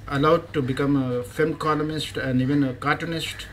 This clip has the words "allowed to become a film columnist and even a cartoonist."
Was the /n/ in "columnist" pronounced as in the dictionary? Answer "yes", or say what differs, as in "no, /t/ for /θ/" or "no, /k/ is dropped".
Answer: no, /n/ is dropped